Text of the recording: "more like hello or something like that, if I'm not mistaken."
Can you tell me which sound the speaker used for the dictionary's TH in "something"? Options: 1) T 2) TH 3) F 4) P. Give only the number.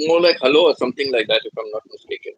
1